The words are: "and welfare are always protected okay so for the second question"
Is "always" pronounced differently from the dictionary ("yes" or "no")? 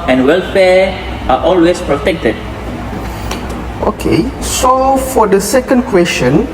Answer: yes